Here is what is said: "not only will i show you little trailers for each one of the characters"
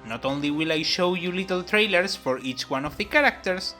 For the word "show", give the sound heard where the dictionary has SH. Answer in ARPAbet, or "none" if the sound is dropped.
SH